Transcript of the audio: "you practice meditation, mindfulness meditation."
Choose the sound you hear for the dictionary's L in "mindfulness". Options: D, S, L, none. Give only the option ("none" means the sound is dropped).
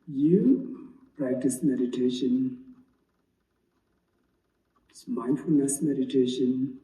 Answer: L